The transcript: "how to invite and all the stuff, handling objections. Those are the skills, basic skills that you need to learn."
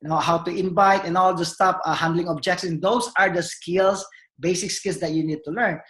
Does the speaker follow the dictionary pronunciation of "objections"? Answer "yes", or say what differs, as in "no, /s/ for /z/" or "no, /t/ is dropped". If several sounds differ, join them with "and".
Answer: no, /s/ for /ʃ/